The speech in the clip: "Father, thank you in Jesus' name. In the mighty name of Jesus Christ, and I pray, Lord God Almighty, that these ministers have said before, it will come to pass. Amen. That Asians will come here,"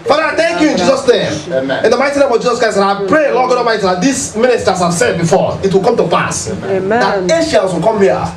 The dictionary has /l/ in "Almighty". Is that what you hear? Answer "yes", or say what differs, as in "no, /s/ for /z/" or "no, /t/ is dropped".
no, /l/ is dropped